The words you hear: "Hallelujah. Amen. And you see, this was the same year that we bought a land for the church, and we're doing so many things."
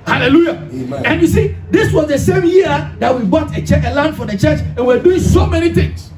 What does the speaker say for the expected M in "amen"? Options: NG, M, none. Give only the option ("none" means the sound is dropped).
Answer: none